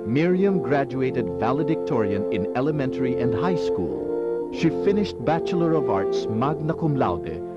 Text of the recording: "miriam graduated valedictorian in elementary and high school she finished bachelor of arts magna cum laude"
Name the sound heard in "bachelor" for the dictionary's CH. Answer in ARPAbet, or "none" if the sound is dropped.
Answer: CH